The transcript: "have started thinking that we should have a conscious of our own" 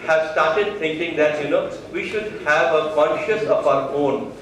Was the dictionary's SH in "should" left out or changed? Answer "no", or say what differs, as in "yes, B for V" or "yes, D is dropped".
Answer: no